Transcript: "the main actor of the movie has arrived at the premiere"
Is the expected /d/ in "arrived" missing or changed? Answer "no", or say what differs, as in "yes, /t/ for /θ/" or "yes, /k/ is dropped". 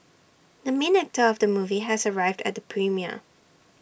no